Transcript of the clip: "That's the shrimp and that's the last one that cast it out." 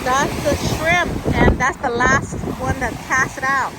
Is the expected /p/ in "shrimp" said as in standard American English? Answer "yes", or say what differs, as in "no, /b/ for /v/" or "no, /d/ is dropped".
no, /p/ is dropped